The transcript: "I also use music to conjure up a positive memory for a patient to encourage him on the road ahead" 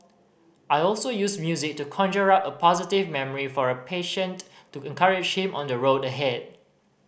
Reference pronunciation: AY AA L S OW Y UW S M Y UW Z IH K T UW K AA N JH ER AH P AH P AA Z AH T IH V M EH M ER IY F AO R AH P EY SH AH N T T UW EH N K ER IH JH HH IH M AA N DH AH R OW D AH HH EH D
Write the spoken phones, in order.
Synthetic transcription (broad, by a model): AY AA L S OW Y UW S M Y UW Z IH K T UW K AA N JH ER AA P AH P AA Z AH T IH V M EH M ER IY F AO R AH P EY SH AH N T T UW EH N K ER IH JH HH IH M AA N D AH R OW D AH HH EH D